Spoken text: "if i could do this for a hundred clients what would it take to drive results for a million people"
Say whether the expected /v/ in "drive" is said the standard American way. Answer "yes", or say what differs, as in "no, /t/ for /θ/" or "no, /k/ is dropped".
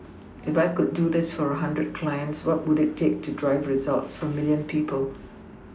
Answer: yes